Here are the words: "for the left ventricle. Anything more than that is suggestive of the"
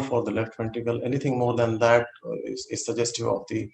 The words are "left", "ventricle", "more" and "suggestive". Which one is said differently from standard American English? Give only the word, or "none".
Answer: ventricle